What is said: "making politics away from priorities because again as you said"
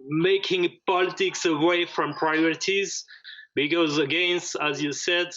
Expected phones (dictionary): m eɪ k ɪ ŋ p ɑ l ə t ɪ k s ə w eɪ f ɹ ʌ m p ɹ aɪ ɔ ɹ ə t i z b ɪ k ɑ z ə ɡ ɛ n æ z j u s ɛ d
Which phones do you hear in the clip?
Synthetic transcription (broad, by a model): m eɪ k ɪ ŋ p ɑ l ə t ɪ k s ə w eɪ f ɹ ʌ m p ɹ aɪ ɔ ɹ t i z b ɪ k ɑ z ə ɡ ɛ n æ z j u s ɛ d